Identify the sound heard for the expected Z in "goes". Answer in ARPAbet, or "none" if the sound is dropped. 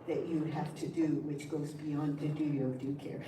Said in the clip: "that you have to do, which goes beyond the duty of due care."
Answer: Z